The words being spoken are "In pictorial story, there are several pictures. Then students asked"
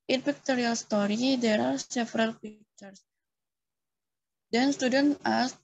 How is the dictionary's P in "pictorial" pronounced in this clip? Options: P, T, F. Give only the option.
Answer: F